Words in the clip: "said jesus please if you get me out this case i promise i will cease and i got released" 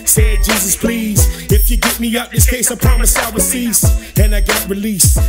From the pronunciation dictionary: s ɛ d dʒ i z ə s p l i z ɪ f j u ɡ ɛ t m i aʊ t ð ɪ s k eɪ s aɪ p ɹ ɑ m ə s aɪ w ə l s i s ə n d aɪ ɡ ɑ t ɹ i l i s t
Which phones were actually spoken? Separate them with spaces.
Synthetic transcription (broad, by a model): s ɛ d dʒ i z ə s p l i z ɪ f j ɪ ɡ ɛ t m i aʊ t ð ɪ s k eɪ s aɪ p ɹ ɑ m ə s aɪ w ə s i s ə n aɪ ɡ ɑ t ɹ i l i s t